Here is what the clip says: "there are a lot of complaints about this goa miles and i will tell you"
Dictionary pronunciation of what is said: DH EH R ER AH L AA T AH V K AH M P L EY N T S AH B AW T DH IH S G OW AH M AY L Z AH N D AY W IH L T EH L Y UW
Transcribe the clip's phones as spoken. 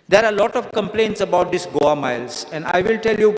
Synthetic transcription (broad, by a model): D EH R AH L AA T AH V K AH M P L EY N T S AH B AW T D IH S G OW AH M AY L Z AH N D AY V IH L T EH L Y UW